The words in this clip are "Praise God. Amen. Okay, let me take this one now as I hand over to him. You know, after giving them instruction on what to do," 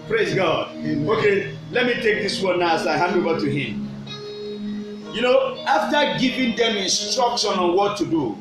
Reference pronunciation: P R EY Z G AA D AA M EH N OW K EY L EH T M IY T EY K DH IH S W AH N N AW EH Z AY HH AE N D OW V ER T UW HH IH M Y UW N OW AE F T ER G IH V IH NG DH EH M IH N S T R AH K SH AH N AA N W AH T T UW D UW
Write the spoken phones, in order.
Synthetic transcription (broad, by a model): P R EY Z G AA D OW K EY L EH T M IY T EY K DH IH S W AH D N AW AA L AY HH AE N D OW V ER T UW HH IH M Y UW N OW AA F T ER G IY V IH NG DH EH M IH N S T R AH K SH AH N AA N W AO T T UW D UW